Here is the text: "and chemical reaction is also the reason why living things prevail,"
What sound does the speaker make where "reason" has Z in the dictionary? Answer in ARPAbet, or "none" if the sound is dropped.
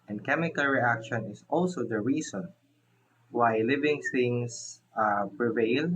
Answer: S